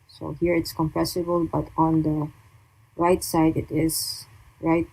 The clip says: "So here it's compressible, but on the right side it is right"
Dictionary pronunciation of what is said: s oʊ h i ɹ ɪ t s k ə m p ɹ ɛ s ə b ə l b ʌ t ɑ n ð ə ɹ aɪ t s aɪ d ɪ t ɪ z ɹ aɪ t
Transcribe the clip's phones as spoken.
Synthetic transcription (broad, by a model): s oʊ h i ɹ ɪ t s k ə m p ɹ ɛ s ə b ə l b ʌ t ɑ n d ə ɹ aɪ t s aɪ d ɪ t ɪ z ɹ aɪ t